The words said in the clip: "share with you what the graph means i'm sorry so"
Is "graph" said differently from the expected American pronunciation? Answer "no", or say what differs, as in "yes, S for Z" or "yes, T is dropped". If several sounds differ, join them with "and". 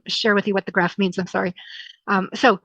no